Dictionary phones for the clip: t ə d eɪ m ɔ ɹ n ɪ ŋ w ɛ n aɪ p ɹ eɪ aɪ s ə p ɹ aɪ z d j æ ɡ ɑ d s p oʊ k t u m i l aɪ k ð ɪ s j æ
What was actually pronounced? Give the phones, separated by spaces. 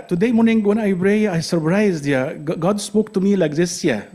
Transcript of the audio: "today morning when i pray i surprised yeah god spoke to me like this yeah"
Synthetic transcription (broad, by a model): t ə d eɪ m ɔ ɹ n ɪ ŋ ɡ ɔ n aɪ b ɹ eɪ aɪ s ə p ɹ aɪ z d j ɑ ɡ ɑ d s p oʊ k t u m i l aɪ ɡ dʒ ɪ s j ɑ